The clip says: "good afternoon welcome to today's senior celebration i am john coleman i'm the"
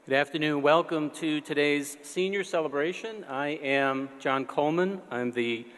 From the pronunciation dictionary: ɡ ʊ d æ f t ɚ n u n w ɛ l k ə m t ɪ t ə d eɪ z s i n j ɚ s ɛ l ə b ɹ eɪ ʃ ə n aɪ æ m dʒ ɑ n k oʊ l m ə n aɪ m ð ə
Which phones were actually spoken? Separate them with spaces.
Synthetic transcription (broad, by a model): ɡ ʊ d æ f t ɚ n u n w ɛ l k ə m t ɪ t ə d eɪ z s i n j ɚ s ɛ l ə b ɹ eɪ ʃ ə n aɪ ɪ m dʒ ɑ n k oʊ l m ə n aɪ m ð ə